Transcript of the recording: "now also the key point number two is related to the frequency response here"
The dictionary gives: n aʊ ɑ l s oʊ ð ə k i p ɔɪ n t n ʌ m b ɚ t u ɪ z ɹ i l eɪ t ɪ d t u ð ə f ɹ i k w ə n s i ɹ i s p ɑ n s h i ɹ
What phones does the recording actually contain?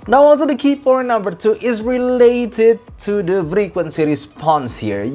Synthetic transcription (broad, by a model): n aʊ ɑ l s oʊ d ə k i f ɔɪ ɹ n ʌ m b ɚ t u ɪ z ɹ i l eɪ t ɪ d t u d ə f ɹ i k w ə n s i ɹ i s p ɑ n s h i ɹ